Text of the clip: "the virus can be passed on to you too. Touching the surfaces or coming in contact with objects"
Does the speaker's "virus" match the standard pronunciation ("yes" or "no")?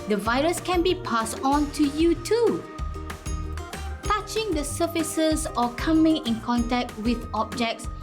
yes